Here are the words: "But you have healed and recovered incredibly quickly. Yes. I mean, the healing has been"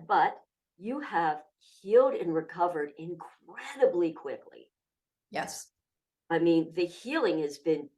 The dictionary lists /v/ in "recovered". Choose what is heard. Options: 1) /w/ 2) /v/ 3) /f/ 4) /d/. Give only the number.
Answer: 2